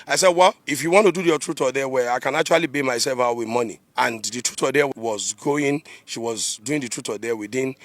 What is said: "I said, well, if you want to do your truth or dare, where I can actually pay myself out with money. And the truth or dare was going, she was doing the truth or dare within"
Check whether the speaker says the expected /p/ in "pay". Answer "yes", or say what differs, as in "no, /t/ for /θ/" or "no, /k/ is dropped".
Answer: no, /b/ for /p/